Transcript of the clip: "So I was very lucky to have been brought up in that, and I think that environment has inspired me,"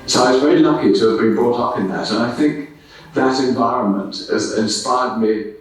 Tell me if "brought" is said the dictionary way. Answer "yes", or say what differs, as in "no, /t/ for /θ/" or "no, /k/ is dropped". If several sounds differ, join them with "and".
yes